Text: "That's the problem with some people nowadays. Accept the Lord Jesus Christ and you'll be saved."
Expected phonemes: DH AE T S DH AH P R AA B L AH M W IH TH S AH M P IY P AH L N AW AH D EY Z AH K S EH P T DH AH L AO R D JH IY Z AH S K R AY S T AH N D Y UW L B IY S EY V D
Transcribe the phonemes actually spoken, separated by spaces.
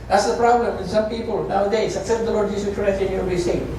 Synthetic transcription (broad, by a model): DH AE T S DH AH P R AA B L AH M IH S AH M P IY P AH L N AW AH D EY S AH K S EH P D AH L AO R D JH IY S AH K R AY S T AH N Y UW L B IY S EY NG